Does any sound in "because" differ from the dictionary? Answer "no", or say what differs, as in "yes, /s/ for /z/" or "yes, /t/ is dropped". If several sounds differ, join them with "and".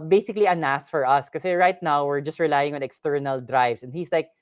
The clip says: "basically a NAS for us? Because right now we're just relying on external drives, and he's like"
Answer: yes, /z/ is dropped